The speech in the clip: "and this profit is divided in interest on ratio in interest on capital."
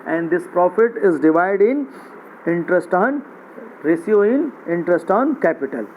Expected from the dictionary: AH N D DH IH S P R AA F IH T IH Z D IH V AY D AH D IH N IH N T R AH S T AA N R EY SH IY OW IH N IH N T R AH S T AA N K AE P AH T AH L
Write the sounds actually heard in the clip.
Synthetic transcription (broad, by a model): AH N D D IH S P R AA F IH T IH Z D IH V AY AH D IH N IH N T R AH S T AA N R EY S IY OW IH N IH N T R AH S T AA N K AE P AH T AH L